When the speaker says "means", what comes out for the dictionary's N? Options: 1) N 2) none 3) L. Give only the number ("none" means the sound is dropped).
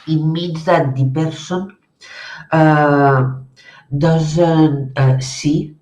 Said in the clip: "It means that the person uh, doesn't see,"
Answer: 2